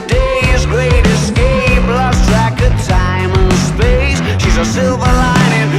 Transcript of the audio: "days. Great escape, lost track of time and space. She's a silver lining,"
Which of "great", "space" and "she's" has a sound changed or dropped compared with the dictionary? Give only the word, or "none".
none